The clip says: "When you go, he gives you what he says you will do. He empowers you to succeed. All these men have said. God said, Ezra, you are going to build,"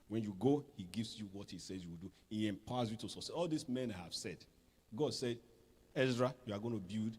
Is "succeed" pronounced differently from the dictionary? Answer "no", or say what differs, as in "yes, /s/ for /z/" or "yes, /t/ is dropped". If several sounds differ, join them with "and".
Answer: yes, /k/ is dropped and /d/ is dropped